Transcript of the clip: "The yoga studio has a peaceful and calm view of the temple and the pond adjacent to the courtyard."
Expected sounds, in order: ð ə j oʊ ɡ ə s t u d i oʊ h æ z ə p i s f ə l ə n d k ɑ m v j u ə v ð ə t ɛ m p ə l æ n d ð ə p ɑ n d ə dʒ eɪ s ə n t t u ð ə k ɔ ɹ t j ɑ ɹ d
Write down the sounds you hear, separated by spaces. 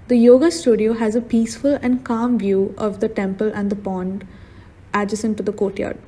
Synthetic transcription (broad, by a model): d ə j oʊ ɡ ə s t u d i oʊ h æ z ə p i s f ə l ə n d k ɑ m v j u ə v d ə t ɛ m p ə l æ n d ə p ɑ n d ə dʒ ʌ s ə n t t u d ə k ɔ t j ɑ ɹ d